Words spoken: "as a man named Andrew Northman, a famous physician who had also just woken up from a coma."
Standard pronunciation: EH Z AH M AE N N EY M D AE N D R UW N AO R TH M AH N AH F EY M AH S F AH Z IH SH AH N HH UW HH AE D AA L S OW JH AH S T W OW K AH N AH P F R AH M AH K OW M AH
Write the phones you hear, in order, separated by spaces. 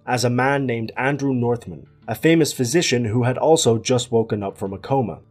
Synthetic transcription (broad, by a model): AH Z AH M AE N N EY M D AE N D R UW N AO R TH M AH N AH F EY M AH S F AH Z IH SH AH N HH UW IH D AA L S OW JH AH S T W OW K AH N AH P F R AH M AH K OW M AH